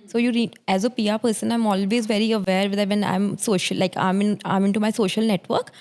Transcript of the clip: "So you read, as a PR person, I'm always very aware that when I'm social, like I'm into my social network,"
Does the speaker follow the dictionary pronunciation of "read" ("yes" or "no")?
no